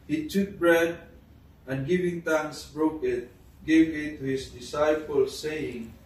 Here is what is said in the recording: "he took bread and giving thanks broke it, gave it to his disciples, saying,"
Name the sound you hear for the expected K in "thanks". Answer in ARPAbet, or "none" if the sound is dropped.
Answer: none